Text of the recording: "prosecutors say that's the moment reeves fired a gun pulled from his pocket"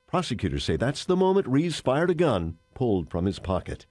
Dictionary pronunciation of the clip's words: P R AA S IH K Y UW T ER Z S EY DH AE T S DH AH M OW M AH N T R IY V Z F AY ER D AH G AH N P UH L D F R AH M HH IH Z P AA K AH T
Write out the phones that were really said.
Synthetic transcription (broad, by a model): P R AA S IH K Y UW T ER S EY DH AE T S DH AH M OW M AH N T R IY Z F AY ER D AH G AH N P UH L D F R AH M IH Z P AA K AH T